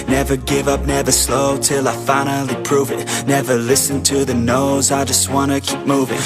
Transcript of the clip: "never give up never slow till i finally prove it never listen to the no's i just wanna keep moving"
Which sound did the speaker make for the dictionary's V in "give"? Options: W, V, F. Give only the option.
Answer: V